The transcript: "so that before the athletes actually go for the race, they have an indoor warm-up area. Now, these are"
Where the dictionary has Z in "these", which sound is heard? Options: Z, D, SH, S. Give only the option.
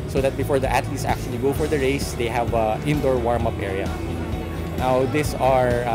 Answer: S